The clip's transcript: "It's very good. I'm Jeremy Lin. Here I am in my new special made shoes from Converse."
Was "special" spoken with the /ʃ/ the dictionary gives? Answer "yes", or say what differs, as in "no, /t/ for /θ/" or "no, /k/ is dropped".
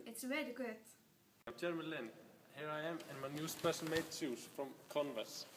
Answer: no, /s/ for /ʃ/